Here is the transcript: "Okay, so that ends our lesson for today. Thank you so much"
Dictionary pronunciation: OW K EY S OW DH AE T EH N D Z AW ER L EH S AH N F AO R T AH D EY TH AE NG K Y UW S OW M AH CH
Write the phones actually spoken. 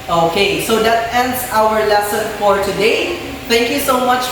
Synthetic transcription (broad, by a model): OW K EY S OW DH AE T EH N D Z AW ER L EH S AH N F AO R T AH D EY T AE NG K Y UW S OW M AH CH